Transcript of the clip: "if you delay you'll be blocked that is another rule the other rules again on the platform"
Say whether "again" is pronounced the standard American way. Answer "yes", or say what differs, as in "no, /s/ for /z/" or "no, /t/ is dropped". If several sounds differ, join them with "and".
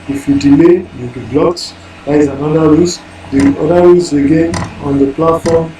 yes